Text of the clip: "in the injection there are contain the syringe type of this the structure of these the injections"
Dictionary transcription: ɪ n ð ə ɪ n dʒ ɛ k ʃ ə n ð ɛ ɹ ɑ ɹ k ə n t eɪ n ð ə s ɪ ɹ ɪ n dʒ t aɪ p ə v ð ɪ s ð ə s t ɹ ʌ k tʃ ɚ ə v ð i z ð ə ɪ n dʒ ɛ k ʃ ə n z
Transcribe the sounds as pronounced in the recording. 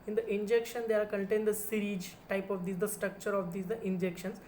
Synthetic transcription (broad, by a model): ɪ n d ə ɪ n dʒ ɛ k ʃ ə n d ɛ ɑ ɹ k ə n t eɪ n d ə s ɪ ɹ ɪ dʒ t aɪ p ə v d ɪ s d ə s t ɹ ʌ k tʃ ɚ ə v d i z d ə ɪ n dʒ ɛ k ʃ ə n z